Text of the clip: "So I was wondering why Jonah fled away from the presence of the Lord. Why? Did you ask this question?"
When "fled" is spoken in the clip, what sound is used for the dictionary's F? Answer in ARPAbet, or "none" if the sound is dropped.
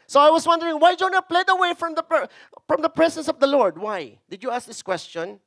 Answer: P